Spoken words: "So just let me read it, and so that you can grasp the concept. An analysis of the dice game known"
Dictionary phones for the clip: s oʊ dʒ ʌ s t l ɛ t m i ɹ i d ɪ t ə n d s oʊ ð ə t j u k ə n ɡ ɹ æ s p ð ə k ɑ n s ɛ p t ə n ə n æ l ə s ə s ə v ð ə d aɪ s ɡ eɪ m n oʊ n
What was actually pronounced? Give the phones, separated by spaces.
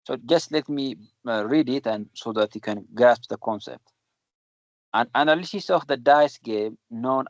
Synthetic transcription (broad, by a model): s oʊ dʒ ʌ s t l ɛ t m i ɹ i d ɪ t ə n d s oʊ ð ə t j u k ə n ɡ æ s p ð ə k ɑ n s ɛ p t ə n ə n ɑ l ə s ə s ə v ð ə d aɪ s ɡ eɪ m n oʊ n